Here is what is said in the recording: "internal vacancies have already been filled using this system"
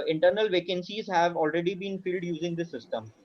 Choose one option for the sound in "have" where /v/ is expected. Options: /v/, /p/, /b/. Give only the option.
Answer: /v/